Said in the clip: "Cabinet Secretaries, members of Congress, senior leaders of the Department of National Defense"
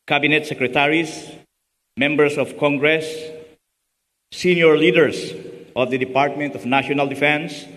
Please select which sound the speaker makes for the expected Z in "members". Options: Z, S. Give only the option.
S